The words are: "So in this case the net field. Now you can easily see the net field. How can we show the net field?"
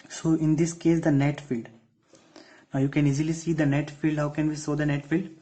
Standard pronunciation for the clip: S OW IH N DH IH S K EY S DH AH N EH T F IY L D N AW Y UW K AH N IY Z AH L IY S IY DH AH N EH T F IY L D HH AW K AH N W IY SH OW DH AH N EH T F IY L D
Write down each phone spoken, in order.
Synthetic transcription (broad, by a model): S OW IH N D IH S K EY S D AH N EH T F IY L D N AW Y UW K AH N IY Z AH L IY S IY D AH N EH T F IY L D HH AW K AH N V IY S OW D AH N EH T F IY L D